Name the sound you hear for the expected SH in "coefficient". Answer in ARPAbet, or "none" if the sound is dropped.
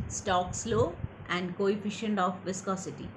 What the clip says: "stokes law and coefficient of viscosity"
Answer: SH